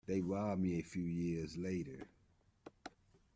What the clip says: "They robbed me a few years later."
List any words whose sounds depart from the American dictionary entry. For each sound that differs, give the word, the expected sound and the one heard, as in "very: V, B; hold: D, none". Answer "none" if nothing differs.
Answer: robbed: R, W